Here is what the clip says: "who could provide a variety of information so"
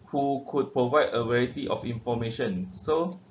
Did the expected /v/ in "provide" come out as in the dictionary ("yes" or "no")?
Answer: yes